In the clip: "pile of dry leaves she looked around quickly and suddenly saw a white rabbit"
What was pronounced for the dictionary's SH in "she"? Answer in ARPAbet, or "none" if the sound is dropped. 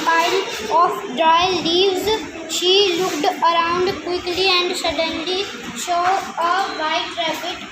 SH